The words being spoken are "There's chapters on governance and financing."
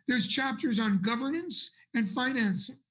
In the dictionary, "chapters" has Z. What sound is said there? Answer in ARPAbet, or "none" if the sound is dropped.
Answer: Z